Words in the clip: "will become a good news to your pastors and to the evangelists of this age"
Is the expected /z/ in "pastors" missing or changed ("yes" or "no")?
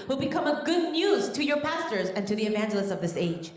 no